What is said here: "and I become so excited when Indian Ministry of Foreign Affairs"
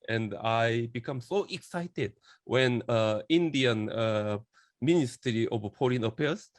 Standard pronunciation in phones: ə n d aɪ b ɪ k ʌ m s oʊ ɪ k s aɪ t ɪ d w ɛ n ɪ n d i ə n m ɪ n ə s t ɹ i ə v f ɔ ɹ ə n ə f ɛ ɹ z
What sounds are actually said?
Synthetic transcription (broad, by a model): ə n d aɪ b ɪ k ʌ m s oʊ ɪ k s aɪ t ɪ d w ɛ n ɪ n d i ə n m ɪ n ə s t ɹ i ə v p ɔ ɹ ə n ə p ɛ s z